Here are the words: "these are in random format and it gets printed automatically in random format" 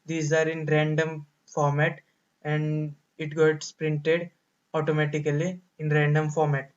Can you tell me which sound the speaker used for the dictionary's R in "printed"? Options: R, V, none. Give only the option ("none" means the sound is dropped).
R